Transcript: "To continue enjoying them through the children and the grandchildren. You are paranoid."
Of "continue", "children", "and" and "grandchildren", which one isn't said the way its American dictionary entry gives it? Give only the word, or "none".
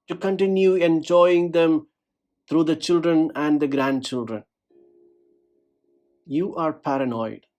none